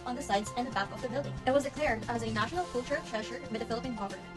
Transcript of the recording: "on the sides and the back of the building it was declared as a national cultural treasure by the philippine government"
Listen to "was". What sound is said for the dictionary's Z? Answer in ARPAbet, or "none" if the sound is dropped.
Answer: Z